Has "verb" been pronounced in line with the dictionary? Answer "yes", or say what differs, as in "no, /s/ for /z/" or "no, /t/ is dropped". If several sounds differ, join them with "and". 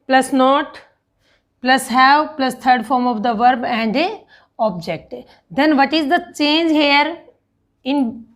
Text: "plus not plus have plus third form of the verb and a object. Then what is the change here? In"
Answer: yes